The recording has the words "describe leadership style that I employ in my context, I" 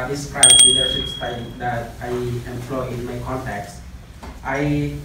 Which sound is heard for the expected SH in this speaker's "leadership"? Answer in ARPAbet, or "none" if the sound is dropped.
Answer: S